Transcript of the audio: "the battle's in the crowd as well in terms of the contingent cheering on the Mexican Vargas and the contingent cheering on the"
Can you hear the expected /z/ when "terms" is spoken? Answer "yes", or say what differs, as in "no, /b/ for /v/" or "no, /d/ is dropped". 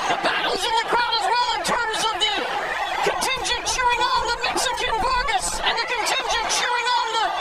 yes